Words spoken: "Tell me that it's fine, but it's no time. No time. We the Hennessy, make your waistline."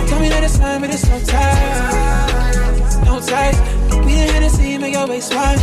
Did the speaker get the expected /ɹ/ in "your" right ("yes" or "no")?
no